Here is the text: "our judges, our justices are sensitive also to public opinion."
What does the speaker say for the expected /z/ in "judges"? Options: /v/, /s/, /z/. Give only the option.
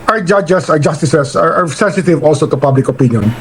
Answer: /s/